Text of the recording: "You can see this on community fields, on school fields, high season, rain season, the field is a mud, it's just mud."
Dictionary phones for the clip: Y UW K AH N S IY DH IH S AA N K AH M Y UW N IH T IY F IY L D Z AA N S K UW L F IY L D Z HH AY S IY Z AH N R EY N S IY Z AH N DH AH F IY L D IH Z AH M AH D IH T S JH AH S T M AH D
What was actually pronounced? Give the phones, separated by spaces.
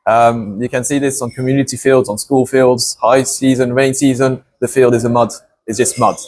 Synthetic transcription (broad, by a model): Y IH K AH N S IY DH IH S N K AH M Y UW N IH T IY F IY L D Z N S K UW L F IY L D Z HH AY S IY Z AH N R EY N S IY Z AH N DH AH F IY L D IH Z AH M AH D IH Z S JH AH S T M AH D